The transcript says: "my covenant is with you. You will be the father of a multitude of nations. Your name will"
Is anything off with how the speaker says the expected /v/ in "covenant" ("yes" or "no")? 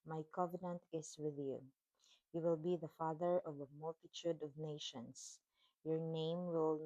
no